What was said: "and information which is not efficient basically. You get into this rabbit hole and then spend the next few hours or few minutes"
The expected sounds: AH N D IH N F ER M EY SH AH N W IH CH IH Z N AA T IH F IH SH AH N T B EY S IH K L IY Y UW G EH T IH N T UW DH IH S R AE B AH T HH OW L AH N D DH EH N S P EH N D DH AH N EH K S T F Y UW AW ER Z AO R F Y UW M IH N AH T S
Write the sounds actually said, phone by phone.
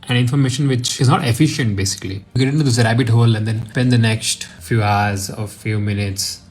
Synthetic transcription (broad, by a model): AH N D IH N F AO M EY SH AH N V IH CH IH Z N AA T IH F IH SH AH N T B EY S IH K IY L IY G EH T IH N T UW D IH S R AE B AH T HH OW L AH N D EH N P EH N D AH N EH K S T F Y UW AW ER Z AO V F Y UW M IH N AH T S